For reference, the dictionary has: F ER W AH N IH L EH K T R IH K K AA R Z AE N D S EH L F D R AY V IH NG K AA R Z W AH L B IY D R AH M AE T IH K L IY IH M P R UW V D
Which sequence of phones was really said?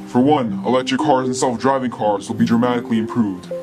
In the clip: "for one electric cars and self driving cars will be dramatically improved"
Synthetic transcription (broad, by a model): F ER W AH N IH L EH K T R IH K K AA R Z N S EH L F D R AY V IH NG K AA R Z W AH L B IY D R AH M AE T IH K L IY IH M P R UW V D